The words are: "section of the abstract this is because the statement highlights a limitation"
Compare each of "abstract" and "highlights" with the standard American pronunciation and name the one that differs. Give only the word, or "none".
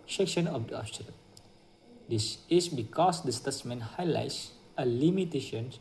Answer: abstract